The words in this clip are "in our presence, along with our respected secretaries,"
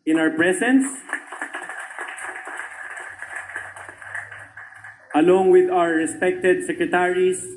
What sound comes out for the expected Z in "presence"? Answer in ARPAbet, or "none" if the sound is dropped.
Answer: S